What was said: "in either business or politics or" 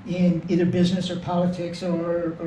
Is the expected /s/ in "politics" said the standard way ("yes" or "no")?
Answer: yes